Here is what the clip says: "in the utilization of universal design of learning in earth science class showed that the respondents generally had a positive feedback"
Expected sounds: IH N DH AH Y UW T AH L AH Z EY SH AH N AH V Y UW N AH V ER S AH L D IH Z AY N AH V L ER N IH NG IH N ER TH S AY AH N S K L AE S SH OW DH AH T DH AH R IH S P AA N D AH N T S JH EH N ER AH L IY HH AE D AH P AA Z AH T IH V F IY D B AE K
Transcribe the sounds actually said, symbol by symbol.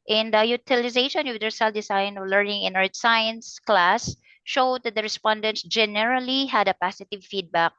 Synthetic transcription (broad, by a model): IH N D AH Y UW T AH L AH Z EY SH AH N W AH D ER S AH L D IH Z AY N AH V L ER N IH NG IH N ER T S AY AH N S K L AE S SH OW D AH T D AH R IH S P AA N D AH N T S JH EH N ER AH L IY HH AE D AH P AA S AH T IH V F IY D B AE K